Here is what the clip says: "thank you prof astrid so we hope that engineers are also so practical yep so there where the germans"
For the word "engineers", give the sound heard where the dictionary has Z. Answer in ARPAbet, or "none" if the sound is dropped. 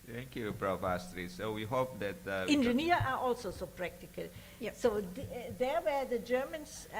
none